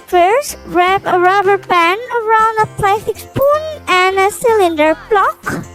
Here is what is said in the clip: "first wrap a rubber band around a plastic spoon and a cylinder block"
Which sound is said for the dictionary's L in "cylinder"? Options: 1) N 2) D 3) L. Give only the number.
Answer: 3